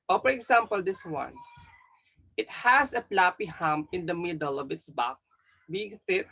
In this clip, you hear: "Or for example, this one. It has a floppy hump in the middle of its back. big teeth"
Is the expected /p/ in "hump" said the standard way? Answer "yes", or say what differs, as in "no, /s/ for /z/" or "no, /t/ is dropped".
no, /p/ is dropped